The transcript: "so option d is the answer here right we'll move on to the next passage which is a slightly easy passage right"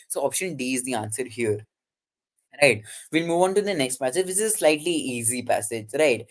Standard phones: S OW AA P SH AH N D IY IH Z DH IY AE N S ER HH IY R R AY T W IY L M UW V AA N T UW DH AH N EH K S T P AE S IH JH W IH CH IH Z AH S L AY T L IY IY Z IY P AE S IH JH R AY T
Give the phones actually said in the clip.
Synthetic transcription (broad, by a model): S OW AA P SH AH N D IY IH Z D IY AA N S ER HH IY R R AY T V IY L M UW V AA N T UW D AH N EH K S T P AE S IH JH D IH S IH Z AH S L AY T L IY IY Z IY P AE S IH JH R AY T